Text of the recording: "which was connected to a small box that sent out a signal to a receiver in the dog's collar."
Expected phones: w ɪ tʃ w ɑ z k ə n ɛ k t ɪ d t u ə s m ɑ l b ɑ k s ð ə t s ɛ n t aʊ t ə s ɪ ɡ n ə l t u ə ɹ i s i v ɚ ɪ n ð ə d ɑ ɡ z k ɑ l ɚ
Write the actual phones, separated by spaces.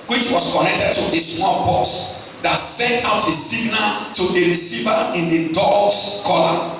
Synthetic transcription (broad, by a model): w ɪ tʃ w ɑ s k ə n ɛ k t ɪ d t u ə s m ɑ l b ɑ s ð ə t s ɛ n t aʊ t ə s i ɡ n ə l t u ə ɹ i s i v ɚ ɪ n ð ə d ɑ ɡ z k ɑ l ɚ